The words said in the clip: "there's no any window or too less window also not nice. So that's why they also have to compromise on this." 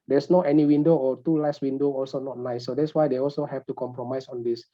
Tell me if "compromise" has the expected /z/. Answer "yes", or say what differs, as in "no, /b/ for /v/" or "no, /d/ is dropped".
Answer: no, /s/ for /z/